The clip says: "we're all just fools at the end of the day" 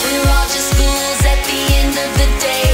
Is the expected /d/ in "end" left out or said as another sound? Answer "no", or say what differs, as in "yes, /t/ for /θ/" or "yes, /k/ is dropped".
no